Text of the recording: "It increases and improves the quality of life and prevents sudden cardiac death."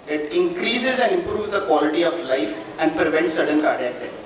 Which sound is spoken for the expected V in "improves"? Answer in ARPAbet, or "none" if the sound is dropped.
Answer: V